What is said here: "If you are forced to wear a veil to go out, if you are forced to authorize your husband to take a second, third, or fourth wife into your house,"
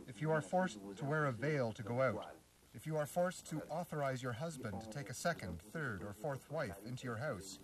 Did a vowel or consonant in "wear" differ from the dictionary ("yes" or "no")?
no